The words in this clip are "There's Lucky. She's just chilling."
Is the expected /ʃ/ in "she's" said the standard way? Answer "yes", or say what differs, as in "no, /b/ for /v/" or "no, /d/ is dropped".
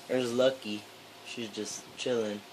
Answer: yes